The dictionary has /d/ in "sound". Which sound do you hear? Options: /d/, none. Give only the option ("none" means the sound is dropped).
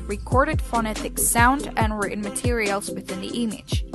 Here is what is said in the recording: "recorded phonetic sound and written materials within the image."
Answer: /d/